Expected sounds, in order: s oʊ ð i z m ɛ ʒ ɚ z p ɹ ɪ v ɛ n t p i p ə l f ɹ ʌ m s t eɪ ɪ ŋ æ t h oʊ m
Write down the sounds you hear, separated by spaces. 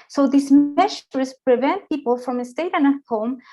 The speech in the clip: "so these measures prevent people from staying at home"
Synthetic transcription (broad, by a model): s oʊ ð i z m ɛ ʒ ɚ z p ɹ ɪ v ɛ n t p i p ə l f ɹ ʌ m s t eɪ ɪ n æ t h oʊ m